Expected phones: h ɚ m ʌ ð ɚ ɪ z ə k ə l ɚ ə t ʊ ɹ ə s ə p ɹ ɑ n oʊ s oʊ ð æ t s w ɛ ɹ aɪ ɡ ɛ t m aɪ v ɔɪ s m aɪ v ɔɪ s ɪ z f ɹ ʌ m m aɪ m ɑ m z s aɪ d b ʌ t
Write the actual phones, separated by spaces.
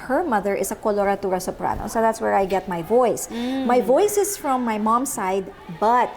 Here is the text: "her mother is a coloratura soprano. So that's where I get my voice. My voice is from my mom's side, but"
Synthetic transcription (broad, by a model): h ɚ m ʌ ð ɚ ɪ s ə k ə l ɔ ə t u ɹ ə s ə p ɹ ɑ n oʊ s oʊ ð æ t s w ɛ ɹ aɪ ɡ ɛ t m aɪ v ɔɪ s m aɪ v ɔɪ s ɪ s f ɹ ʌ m m aɪ m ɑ m s aɪ d b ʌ t